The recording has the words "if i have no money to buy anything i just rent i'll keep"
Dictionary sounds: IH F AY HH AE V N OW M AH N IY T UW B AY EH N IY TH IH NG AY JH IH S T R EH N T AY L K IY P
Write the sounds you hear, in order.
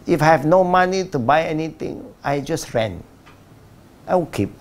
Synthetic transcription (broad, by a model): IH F AY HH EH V N OW M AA N IY T UW B AY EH N IY T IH NG AY JH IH S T R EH N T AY W K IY P